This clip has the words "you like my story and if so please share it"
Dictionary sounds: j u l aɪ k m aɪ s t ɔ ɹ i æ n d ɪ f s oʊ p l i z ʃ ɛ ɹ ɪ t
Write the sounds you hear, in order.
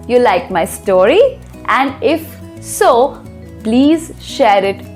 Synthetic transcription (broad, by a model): j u l aɪ k m aɪ s t ɔ ɹ i æ n d ɪ f s oʊ p l i z ʃ ɛ ɹ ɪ t